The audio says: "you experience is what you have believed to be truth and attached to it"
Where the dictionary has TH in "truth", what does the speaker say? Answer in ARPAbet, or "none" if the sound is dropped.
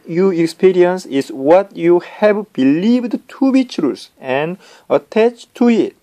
S